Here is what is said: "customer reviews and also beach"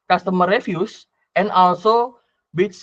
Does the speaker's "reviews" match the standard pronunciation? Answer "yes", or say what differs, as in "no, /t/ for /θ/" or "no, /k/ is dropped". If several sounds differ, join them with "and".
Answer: no, /f/ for /v/ and /s/ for /z/